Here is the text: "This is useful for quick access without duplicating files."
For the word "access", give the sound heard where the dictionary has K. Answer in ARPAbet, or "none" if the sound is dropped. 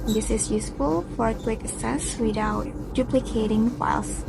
none